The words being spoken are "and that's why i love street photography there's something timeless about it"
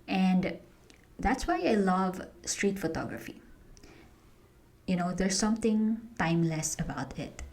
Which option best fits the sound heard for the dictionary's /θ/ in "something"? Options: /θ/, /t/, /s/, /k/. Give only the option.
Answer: /t/